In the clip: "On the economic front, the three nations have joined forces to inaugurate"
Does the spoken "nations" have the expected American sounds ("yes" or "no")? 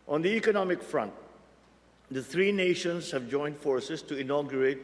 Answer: no